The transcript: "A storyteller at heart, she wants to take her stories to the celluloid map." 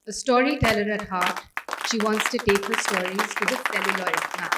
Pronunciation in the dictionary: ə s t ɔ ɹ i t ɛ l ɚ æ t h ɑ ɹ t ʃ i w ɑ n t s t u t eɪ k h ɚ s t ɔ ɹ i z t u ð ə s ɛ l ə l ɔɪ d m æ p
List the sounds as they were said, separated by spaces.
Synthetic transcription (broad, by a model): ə s t ɔ ɹ i t ɛ l ɚ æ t h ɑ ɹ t ʃ i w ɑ n t s t u t eɪ k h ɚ s t ɔ ɹ i z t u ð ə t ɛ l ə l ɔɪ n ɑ